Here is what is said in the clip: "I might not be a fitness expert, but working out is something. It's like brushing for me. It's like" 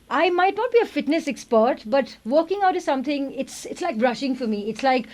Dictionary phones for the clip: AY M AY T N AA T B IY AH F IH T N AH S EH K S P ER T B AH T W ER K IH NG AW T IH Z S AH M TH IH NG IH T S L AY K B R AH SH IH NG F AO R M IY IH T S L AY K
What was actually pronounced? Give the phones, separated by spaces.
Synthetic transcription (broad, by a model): AY M AY T N AA T B IY AH F IH T N AH S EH K S P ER T B AH T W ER K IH NG AW T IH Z S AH M T IH NG IH T S L AY K B R AH SH IH NG F AO R M IY IH T S L AY K